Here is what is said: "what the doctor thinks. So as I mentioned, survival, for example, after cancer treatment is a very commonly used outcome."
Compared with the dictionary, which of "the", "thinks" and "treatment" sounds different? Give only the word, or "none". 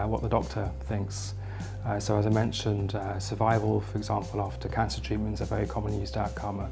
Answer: none